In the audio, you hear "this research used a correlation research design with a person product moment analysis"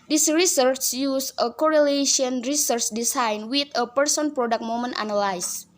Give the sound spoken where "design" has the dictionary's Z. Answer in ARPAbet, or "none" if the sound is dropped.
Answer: S